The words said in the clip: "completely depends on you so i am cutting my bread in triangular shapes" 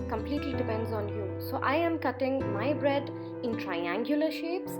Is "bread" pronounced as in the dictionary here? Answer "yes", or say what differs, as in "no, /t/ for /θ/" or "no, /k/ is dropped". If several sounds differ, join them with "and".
yes